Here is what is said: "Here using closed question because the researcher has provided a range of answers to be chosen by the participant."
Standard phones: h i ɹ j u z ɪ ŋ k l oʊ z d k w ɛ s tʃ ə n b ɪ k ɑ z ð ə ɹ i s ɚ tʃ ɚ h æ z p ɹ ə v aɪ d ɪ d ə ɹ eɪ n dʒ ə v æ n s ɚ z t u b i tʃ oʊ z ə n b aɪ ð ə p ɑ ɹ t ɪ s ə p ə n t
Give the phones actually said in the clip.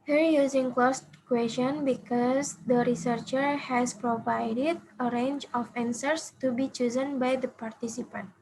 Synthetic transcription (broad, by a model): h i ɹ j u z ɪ ŋ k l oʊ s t k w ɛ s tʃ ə n b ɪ k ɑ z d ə ɹ i s ɚ tʃ ɚ h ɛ s p ɹ ə v aɪ d ɪ d ə ɹ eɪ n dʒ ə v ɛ n s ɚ s t u b i tʃ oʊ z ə n b aɪ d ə p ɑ ɹ t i s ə p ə n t